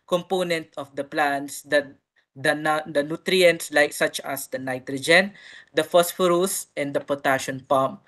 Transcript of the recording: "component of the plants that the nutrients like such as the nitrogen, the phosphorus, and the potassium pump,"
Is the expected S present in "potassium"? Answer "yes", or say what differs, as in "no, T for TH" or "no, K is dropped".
no, SH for S